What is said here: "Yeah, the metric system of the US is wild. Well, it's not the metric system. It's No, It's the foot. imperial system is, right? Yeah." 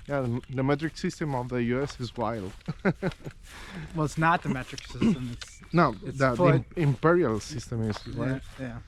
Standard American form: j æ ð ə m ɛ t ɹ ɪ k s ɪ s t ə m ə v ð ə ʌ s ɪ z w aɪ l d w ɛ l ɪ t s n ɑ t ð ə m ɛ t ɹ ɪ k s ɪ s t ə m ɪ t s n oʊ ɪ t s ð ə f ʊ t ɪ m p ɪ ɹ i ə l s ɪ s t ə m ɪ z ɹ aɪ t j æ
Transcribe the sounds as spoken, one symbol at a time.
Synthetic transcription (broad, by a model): j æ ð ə m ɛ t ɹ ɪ k s ɪ s t ə m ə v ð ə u s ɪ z w aɪ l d w ɛ l ɪ t s n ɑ t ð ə m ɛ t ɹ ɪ k s ɪ s t ə m ɪ t s n oʊ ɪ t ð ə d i ɪ m p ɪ ɹ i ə l s ɪ s t ə m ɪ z w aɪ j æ